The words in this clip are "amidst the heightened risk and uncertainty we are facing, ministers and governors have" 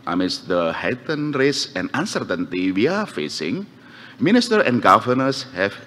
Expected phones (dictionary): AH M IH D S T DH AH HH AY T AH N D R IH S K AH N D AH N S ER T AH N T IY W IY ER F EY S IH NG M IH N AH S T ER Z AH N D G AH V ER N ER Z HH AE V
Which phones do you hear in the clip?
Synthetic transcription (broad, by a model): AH M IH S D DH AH HH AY T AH N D R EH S AH N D AH N S ER T AH N T IY W IY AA F EY S IH NG M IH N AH S T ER AH N G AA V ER N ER S HH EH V